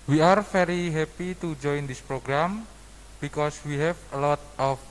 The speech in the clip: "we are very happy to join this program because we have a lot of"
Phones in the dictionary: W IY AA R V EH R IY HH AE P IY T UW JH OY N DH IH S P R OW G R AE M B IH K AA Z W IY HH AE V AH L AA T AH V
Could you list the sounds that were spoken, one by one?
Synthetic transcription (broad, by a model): W IY AA R F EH R IY HH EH P IY T UW JH OY N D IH S P R OW G R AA M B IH K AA S W IY HH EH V AH L AA T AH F